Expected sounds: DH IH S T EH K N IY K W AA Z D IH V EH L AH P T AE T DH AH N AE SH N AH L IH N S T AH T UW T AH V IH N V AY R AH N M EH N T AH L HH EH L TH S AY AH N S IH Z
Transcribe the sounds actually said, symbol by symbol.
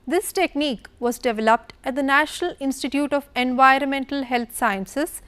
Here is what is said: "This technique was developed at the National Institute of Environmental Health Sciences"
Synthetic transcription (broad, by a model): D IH S T EH K N IY K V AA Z D IH V EH L AH P T AE T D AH N AE SH N AH L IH N S T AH T UW T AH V IH N V AY R AH N M EH N T AH L HH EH L T S AY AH N S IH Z